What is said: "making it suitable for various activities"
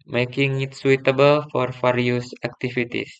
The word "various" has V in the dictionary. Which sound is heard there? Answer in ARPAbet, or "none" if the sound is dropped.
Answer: F